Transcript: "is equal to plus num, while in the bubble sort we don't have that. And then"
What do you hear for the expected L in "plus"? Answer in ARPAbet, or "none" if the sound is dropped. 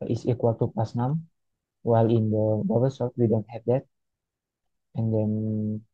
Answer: none